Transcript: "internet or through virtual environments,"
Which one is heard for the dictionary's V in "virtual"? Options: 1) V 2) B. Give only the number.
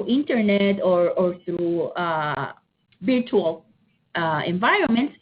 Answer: 2